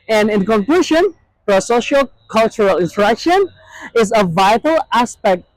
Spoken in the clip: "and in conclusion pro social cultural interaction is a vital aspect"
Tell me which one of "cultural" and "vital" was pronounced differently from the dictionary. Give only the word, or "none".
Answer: none